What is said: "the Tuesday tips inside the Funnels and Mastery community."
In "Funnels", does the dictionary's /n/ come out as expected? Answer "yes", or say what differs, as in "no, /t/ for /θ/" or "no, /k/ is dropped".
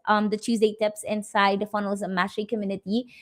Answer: yes